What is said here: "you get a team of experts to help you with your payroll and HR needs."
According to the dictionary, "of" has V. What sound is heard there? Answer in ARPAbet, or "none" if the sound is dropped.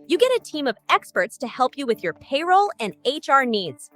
V